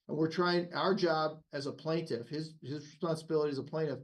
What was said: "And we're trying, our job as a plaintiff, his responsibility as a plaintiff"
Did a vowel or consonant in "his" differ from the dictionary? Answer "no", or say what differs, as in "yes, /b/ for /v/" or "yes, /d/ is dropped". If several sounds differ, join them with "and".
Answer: no